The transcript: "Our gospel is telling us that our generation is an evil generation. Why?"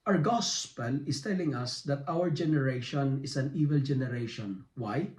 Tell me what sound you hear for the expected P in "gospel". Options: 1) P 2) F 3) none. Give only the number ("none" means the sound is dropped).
1